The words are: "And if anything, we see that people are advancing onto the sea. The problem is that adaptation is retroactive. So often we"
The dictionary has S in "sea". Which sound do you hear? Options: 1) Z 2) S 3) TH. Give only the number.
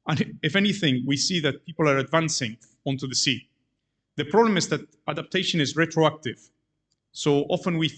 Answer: 2